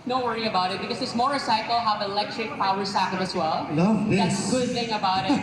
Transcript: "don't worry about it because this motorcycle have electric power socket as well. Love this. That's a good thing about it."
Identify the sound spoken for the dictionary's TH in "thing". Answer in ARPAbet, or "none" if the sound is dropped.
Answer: TH